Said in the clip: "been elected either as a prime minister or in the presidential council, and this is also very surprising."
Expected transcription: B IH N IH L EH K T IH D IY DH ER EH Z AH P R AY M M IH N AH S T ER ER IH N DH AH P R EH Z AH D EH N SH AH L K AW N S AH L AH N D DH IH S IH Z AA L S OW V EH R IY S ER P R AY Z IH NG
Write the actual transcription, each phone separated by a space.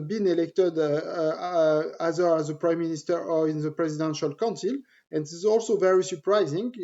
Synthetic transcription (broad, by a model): B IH N IH L EH K T IH D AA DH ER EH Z AH P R AY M M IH N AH S T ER ER IH N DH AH P R EH Z AH D EH N SH AH L K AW N S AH L AH N D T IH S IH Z AA L S OW V EH R IY S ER P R AY Z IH NG